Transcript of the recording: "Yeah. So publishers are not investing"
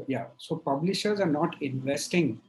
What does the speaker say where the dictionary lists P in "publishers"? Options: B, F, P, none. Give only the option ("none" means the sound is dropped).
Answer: P